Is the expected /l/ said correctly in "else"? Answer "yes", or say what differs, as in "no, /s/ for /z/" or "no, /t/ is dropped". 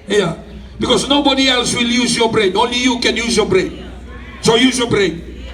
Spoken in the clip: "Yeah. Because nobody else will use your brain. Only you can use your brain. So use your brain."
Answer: yes